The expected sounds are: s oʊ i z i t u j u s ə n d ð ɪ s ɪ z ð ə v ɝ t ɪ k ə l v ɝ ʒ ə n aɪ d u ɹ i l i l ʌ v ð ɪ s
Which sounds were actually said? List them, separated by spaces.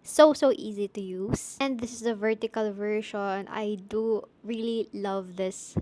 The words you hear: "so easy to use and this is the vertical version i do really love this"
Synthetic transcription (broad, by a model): s oʊ i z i t u j u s ə n d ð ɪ s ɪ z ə v ɝ t ɪ k ə l v ɝ ʃ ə n aɪ d u ɹ i l i l ʌ v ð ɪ s